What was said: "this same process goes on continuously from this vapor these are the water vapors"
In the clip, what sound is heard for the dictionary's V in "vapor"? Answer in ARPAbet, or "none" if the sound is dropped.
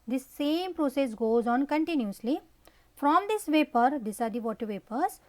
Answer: V